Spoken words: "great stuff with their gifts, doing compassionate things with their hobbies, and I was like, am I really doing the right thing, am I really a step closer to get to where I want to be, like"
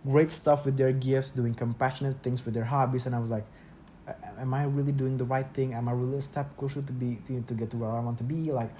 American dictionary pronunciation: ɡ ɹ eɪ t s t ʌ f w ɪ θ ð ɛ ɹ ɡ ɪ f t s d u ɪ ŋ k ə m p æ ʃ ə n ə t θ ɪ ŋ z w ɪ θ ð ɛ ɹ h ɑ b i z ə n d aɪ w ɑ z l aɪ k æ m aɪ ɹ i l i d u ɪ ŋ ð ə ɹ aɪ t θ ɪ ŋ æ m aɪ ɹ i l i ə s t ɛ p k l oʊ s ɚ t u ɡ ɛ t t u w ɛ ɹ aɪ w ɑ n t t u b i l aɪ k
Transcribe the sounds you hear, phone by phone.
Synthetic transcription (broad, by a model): ɡ ɹ eɪ t s t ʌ f w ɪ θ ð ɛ ɹ ɡ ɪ f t s d u ɪ ŋ k ə m p æ ʃ ə n ə t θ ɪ ŋ s w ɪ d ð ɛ ɹ h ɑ b i s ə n aɪ w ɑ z l aɪ k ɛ m aɪ ɹ i l i d u ɪ ŋ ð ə ɹ aɪ t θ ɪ ŋ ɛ m aɪ ɹ i l i ə s t ɛ p k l oʊ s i t u ɡ ɛ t t u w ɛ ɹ aɪ w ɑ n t t u b i l aɪ k